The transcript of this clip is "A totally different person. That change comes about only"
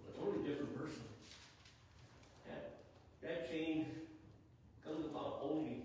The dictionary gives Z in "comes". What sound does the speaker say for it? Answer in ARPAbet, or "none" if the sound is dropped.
Z